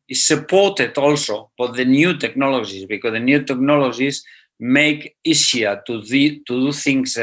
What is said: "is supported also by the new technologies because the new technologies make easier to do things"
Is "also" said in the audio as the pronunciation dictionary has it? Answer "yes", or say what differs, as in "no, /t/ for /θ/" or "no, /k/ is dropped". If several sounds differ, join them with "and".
yes